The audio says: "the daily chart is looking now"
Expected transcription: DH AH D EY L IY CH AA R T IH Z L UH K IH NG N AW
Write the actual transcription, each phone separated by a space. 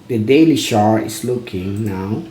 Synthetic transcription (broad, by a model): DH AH D EY L IY SH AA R IH S L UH K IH NG N AW